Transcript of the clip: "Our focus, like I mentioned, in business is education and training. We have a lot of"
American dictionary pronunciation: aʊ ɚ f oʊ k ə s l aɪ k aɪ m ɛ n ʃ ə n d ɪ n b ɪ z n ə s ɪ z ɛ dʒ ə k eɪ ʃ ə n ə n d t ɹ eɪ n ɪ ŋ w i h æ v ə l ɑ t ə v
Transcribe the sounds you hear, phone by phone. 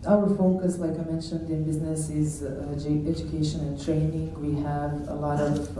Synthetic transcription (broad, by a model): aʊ ɚ f oʊ k ə s l aɪ k aɪ m ɛ n ʃ ə n d ɪ n b ɪ z n ə s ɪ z ɛ dʒ ə k eɪ ʃ ə n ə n t ɹ eɪ n ɪ ŋ w i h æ v ə l ɑ t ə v